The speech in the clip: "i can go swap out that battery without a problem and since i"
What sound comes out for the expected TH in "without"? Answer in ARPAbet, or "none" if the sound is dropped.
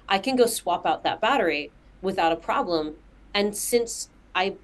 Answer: TH